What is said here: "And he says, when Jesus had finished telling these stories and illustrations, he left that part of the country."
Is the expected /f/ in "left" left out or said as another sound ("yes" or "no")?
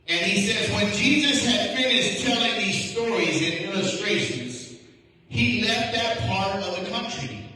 no